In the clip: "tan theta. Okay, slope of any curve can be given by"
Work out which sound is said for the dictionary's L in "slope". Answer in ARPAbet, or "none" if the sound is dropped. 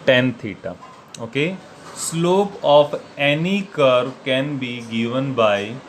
L